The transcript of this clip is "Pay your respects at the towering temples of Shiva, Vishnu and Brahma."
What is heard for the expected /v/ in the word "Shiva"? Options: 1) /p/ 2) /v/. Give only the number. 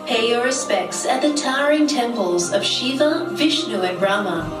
2